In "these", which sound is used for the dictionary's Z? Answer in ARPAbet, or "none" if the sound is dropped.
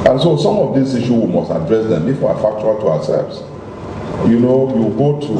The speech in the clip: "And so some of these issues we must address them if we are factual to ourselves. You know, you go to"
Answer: S